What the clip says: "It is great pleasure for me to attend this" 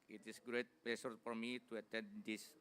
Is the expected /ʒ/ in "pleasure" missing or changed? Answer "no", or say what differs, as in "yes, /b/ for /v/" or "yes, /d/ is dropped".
yes, /s/ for /ʒ/